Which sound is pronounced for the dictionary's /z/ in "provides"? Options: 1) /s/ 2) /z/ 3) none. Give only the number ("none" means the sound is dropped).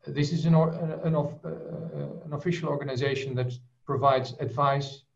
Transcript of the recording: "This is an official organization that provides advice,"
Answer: 2